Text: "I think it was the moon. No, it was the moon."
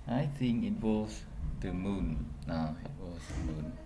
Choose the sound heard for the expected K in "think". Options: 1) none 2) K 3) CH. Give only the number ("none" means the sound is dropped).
2